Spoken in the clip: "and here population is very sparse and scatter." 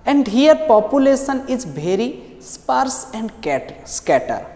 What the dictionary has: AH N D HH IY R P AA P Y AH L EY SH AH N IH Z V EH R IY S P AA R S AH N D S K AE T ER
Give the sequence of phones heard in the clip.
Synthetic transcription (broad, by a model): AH N D HH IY R P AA P Y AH L EY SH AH N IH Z B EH R IY S P AA R S AH N D S K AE T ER